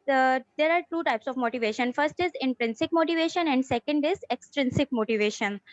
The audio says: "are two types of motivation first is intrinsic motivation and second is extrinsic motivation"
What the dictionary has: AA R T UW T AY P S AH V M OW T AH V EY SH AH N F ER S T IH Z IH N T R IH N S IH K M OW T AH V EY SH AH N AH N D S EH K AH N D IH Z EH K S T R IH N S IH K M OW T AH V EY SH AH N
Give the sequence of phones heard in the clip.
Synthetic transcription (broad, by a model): AA R T UW T AY P S AH V M OW T AH V EY SH AH N F ER S T IH Z IH N T R IH N S IH K M OW T AH V EY SH AH N AH N D S EH K AH N D IH Z EH K S T R IH N S IH K M OW T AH V EY SH AH N